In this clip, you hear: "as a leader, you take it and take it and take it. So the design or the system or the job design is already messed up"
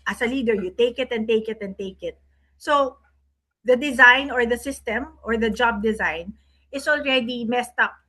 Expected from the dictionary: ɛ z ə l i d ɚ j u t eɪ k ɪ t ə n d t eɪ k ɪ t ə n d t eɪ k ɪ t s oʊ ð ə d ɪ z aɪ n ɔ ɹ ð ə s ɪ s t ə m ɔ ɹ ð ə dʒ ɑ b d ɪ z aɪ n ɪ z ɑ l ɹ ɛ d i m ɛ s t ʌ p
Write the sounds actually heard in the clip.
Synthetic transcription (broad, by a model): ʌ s ə l i d ɚ j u t eɪ k ɪ t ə n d t eɪ k ɪ t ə n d t eɪ k ɪ t s oʊ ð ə d ɪ z aɪ n ɔ ɹ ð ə s ɪ s t ə m ɔ ɹ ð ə dʒ ɑ b d ɪ z aɪ n ɪ s ɑ l ɹ ɛ d i m ɛ s t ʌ p